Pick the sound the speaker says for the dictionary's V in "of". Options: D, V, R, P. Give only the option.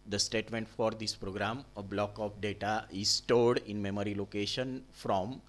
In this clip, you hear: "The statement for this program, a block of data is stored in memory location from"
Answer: P